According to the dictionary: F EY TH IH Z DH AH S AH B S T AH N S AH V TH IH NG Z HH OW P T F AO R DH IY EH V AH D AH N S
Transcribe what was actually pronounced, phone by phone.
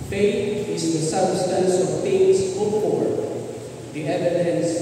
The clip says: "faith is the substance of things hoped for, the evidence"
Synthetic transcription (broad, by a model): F EY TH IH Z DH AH S AH B S T AH N S AH V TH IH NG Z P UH T F AO R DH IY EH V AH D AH N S